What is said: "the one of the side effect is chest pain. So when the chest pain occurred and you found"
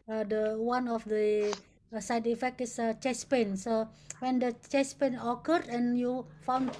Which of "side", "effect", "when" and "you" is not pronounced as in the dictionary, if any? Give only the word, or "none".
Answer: none